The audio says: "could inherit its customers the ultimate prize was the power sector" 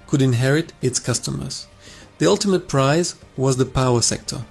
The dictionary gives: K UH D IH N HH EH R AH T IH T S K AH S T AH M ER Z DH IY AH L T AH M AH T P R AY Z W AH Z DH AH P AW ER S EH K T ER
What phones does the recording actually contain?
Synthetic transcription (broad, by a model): K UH D IH N HH EH R AH T IH T S K AH S T AH M ER Z DH IY AH L T AH M AH T P R AY Z W AH Z DH AH P AW ER S EH K T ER